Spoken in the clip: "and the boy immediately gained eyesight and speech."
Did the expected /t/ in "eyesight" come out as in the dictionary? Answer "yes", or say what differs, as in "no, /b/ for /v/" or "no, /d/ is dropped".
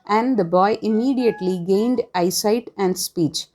yes